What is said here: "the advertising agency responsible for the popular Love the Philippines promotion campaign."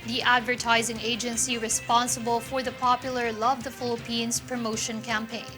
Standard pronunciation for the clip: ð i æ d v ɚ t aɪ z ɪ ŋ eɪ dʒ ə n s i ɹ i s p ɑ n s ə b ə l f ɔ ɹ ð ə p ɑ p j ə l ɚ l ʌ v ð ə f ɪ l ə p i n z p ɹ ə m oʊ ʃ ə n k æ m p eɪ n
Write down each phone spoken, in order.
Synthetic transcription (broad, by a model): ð i æ d v ɚ t aɪ z ɪ ŋ eɪ dʒ ə n s i ɹ i s p ɑ n s ə b ə l f ɔ ɹ ð ə p ɑ p j ə l ɚ l ʌ v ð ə f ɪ l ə p i n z p ɹ ə m oʊ ʃ ə n k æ m p eɪ n